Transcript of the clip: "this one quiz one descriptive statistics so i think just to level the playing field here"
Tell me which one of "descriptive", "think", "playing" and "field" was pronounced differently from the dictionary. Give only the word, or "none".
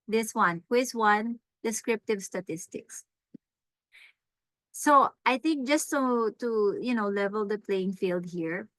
none